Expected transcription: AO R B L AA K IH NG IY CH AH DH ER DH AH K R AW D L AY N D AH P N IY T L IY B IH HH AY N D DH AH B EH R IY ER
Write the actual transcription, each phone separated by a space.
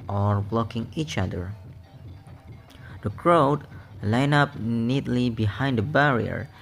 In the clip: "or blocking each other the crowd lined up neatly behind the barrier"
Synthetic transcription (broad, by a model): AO R B L AA K IH NG IY CH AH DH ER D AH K R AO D L AY N AH P N IY T L IY B IH HH AY N D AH B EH R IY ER